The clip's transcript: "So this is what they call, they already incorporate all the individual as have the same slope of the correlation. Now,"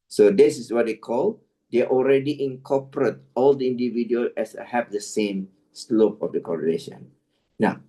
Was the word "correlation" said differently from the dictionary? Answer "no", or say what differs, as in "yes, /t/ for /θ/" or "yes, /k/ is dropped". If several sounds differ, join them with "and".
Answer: yes, /n/ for /l/